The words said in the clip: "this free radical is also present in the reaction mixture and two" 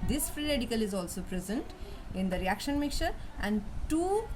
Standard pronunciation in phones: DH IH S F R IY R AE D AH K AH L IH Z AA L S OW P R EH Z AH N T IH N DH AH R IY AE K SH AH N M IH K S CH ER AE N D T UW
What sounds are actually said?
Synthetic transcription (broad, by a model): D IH S F R IY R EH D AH K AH L IH Z AA L S OW P R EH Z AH N T IH N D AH R IY AE K SH AH N M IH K CH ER AE N D T UW